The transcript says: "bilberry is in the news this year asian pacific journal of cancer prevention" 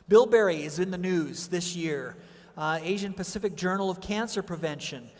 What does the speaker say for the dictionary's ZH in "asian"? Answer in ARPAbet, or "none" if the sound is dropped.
ZH